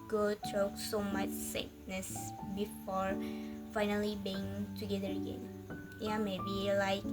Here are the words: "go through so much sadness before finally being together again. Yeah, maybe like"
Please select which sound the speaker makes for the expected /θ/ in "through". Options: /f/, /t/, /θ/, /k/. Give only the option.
/t/